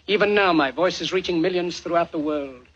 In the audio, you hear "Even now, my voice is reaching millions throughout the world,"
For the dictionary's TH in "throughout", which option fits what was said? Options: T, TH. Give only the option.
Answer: TH